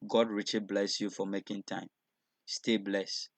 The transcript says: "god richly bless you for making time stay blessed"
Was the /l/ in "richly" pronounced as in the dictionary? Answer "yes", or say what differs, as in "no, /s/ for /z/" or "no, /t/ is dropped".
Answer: no, /l/ is dropped